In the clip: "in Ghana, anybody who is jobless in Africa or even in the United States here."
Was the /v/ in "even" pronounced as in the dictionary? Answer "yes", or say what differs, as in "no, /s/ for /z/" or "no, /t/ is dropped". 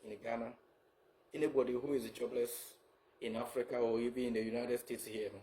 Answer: no, /b/ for /v/